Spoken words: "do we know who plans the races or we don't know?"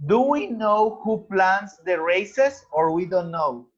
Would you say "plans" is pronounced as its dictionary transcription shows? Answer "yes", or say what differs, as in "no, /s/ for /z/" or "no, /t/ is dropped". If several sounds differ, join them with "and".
no, /s/ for /z/